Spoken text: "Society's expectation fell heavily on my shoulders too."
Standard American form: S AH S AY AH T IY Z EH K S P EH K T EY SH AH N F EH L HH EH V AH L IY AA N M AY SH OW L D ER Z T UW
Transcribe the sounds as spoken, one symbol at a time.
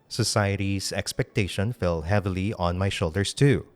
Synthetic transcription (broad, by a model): S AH S AY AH T IY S EH K S P EH K T EY SH AH N F EH L HH EH V AH L IY AA N M AY SH OW L D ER S T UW